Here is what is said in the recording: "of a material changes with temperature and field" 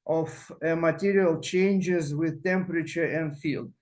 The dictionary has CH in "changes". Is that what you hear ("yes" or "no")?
yes